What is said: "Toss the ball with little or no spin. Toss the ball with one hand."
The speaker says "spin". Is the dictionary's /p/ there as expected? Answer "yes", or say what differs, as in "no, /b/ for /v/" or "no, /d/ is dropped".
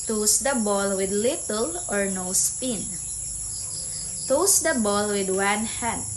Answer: yes